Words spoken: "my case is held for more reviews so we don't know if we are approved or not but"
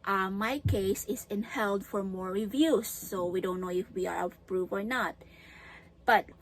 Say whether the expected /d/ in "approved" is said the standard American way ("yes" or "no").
no